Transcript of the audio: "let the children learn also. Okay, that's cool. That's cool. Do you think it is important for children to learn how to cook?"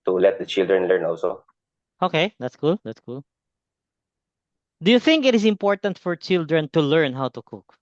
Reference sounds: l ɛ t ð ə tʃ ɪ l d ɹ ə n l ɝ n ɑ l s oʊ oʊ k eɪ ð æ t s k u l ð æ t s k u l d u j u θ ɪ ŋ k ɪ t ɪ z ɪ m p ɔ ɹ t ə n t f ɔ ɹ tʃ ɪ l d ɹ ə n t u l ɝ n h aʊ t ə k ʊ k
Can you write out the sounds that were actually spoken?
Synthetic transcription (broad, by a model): l ɛ t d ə tʃ ɪ l d ɹ ə n l ɝ n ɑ l s oʊ oʊ k eɪ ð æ t s k u l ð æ t s k u l d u j u θ ɪ ŋ k ɪ t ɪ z ɪ m p ɔ ɹ t ə n t f ɔ ɹ tʃ ɪ l d ɹ ə n t u l ɝ n h aʊ t ə k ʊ k